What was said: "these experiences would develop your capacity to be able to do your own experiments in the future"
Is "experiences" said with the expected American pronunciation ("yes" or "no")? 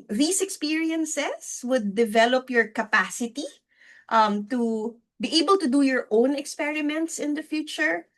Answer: no